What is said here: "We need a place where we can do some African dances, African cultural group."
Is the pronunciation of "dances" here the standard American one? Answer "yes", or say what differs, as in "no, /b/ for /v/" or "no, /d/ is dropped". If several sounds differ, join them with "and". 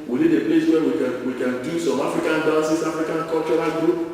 no, /s/ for /z/